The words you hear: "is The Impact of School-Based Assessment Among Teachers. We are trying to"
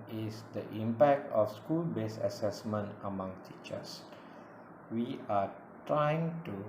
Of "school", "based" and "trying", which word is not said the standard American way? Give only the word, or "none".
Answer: based